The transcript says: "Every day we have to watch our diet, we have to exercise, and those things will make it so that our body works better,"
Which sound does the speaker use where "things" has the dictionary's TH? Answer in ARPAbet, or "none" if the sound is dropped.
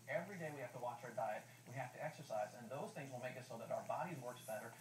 TH